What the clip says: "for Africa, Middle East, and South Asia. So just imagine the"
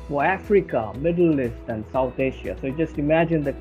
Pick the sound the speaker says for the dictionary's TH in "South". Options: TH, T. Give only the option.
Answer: T